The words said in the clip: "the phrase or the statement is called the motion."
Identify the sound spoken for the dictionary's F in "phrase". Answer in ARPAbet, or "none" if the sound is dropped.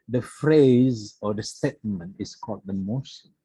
F